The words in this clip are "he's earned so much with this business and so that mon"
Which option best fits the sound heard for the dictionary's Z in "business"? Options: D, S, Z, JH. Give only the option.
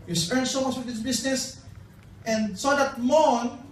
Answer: S